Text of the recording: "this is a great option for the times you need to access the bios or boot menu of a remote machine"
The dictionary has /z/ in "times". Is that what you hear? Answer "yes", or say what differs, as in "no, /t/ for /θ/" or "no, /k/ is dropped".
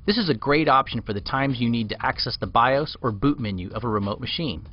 yes